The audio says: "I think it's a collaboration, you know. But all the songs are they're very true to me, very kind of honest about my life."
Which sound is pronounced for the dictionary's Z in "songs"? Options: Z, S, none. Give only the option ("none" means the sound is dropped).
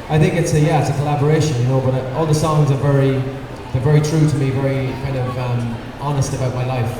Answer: Z